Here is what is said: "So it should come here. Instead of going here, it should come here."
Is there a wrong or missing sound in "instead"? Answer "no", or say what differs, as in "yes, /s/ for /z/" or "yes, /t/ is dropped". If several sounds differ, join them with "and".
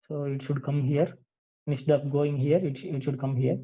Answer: yes, /n/ is dropped